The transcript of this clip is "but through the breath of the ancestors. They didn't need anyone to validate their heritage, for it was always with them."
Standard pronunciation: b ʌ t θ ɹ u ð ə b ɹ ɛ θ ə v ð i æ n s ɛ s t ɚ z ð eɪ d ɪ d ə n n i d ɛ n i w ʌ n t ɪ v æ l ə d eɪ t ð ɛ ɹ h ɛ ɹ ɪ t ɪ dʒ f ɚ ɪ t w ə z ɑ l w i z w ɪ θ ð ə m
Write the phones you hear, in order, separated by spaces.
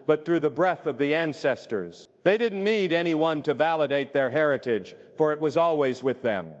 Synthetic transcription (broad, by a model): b ʌ t θ ɹ u ð ə b ɹ ɛ θ ə v ð i æ n s ɛ s t ɚ z ð eɪ d ɪ d n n i d ɛ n i w ʌ n t ɪ v æ l ə d eɪ t ð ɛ ɹ h ɛ ɹ ɪ t ɪ dʒ f ɚ ɪ t w ə z ɑ l w i z w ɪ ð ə m